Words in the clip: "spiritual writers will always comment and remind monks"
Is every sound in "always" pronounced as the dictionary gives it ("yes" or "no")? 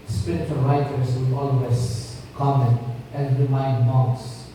no